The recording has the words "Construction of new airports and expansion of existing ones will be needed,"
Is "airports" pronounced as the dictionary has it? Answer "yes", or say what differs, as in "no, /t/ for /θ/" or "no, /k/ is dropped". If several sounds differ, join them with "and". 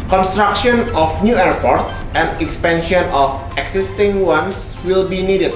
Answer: yes